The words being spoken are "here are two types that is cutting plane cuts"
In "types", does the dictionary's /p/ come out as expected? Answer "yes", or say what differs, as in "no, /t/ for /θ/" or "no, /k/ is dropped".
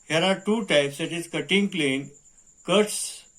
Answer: yes